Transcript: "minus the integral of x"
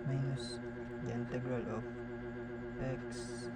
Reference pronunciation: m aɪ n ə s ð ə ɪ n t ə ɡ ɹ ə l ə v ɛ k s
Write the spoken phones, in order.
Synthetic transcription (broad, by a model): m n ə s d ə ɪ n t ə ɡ ɹ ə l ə p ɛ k s